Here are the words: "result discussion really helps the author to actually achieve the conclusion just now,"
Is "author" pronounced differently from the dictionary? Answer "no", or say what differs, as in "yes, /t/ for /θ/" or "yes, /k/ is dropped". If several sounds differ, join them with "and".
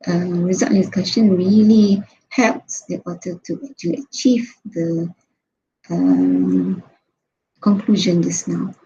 yes, /t/ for /θ/